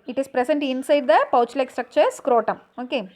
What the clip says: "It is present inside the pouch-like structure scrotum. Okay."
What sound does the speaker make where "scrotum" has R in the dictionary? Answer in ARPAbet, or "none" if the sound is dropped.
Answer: R